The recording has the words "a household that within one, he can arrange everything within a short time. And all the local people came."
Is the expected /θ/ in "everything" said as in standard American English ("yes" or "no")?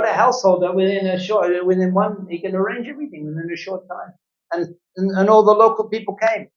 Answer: yes